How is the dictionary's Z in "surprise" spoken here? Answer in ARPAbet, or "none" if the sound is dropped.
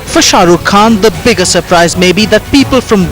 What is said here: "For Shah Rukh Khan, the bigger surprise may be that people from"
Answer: Z